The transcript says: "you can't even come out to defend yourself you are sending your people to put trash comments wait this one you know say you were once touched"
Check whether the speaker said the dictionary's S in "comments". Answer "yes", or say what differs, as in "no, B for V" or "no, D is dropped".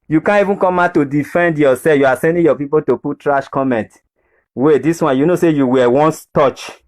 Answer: no, S is dropped